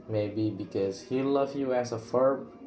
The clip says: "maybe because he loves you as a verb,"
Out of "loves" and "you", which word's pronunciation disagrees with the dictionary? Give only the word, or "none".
loves